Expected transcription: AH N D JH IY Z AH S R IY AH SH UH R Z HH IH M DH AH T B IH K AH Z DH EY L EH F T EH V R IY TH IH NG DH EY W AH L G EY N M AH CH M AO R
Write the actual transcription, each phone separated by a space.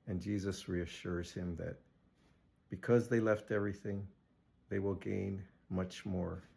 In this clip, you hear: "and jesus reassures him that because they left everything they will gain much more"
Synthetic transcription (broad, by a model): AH N JH IY Z AH S R IY AH SH UH R Z HH IH M DH AH T B IH K AH Z DH EY L EH F T EH V R IY TH IH NG DH EY W AH L G EY N M AH CH M AO R